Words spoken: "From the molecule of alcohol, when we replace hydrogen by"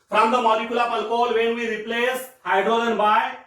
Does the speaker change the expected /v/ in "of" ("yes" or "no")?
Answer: yes